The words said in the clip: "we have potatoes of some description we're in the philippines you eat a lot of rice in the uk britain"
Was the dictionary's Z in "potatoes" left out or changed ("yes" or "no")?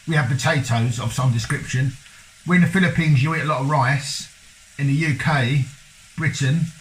no